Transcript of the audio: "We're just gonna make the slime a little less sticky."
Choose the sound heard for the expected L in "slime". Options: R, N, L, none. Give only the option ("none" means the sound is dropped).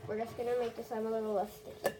none